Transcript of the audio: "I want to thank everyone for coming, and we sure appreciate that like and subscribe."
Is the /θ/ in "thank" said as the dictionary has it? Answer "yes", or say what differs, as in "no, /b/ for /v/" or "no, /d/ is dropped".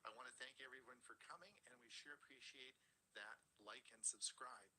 yes